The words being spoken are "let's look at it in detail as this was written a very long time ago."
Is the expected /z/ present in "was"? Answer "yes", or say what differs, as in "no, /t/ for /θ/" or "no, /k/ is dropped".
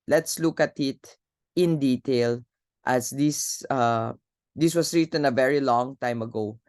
no, /s/ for /z/